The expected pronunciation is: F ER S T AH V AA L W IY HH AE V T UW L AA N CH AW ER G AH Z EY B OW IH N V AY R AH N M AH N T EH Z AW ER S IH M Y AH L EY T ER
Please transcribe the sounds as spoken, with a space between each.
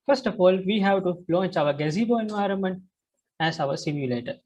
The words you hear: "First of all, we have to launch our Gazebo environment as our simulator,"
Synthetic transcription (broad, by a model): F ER S T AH F AA L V IY HH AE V T UW L AA N CH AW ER G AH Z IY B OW IH N V AY R AH N M AH N T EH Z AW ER S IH M Y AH L EY T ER